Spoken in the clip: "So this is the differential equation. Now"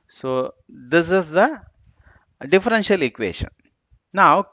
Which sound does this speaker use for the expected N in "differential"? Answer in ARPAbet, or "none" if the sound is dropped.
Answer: N